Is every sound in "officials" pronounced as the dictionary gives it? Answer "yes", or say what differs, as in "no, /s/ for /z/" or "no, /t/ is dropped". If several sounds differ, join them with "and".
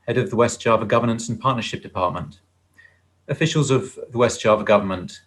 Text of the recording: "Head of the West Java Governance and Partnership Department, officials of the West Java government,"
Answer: yes